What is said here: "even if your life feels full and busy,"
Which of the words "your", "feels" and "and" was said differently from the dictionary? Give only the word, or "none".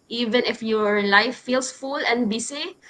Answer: feels